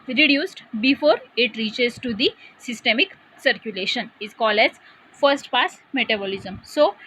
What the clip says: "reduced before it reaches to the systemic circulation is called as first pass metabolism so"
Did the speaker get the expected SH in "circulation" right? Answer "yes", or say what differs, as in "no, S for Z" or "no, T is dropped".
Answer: yes